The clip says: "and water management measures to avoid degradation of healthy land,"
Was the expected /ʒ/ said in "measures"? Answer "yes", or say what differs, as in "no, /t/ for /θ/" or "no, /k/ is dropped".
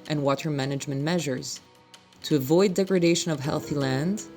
yes